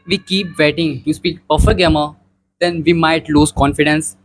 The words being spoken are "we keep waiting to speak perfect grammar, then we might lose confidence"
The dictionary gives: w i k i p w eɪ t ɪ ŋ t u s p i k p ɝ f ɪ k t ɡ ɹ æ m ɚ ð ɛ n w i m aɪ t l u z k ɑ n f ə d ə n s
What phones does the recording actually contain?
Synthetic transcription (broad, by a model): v i k i p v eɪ t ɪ ŋ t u s p i k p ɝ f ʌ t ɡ ɛ m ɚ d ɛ n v i m aɪ t l u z k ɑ n f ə d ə n s